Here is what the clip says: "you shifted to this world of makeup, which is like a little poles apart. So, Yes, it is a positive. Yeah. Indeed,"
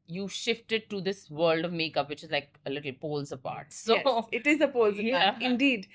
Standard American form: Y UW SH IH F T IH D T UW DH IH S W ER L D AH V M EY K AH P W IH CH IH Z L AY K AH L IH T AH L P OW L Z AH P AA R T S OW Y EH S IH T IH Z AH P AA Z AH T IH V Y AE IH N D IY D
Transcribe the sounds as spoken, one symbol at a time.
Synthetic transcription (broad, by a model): Y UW SH IH F T IH D T UW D IH S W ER L D AH V M EY K AH P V IH CH IH Z L AY K AH L IH T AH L P OW L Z AH P AA R T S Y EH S IH T IH Z AH P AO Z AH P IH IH N D IY D